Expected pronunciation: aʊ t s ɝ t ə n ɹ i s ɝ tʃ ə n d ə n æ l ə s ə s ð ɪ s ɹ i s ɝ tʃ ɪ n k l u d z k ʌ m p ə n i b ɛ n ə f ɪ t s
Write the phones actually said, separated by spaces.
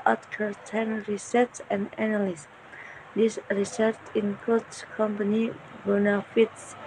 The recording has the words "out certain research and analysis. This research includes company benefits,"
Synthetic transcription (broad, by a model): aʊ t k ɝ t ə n ɹ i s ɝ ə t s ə n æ n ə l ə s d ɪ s ɹ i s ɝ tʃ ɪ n k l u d s k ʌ m p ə n i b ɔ n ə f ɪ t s